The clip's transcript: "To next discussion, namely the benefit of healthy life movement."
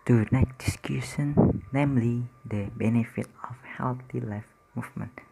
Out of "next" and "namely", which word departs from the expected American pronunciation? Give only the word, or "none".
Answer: next